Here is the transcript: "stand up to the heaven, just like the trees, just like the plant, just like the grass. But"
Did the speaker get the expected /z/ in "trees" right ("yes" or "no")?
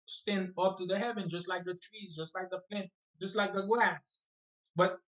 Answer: yes